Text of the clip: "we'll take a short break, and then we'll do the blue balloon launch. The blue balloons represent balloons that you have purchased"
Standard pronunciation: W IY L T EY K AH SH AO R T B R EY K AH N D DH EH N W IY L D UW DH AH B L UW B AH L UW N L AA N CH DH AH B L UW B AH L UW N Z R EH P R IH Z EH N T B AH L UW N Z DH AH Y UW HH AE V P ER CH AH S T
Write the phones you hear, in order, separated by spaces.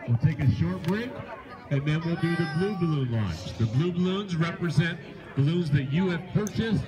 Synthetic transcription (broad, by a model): W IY L T EY K AH SH AO R T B R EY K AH N DH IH N W IY L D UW DH AH B L UW B AH L UW N L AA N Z DH AH B L UW B AH L UW N Z R EH P R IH Z EH N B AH L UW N Z DH AH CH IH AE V P ER CH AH S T